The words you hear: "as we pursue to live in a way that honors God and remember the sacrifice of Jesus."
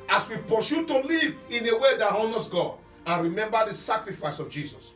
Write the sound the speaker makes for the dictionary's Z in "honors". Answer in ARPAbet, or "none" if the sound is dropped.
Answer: S